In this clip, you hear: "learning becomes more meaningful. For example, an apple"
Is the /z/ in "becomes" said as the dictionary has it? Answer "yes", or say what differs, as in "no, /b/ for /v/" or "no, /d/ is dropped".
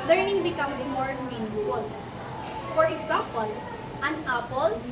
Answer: no, /s/ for /z/